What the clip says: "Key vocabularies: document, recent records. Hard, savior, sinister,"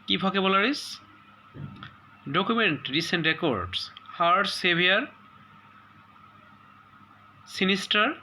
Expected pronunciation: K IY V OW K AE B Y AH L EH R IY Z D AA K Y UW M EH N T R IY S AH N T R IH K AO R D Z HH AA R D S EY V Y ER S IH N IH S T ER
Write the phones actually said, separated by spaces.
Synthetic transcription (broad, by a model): K IY B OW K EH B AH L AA R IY S D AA K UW M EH N T R IY S AH N T R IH K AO R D S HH AA R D S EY B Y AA S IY N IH S T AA